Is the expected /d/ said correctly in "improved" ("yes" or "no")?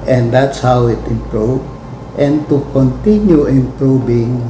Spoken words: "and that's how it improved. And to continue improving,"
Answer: no